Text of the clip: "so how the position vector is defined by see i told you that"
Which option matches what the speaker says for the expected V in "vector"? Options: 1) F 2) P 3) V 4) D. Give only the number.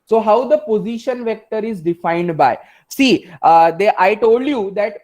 3